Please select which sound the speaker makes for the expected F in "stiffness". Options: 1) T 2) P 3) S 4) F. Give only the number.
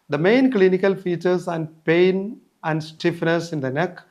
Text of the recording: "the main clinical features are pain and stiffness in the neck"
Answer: 4